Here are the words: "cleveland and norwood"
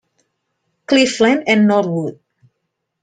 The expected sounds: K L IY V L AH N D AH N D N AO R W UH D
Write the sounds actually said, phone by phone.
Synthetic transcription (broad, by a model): K L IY F L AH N AH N N AO R W UH D